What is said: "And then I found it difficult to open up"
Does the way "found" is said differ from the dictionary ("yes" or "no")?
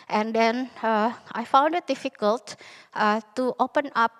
no